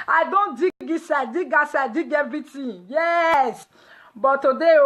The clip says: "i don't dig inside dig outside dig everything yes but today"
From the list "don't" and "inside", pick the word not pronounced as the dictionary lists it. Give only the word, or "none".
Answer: inside